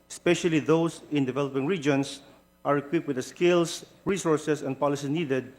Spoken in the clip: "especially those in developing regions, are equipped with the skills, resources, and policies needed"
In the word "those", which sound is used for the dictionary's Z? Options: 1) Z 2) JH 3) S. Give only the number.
3